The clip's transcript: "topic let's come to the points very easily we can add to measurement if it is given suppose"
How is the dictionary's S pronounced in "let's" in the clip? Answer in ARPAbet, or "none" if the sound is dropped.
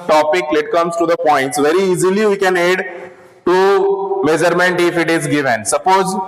none